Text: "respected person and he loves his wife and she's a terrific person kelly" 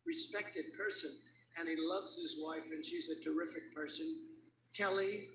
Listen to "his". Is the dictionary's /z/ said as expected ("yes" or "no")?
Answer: yes